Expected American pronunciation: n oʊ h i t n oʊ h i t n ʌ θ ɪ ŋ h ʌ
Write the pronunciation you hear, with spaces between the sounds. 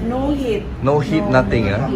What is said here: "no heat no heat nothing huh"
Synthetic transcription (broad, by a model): n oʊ h i t n oʊ h i t n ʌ t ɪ ŋ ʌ